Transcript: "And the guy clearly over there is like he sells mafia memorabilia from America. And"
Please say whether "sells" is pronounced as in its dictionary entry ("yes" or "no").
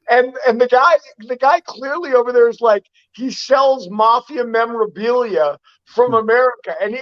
yes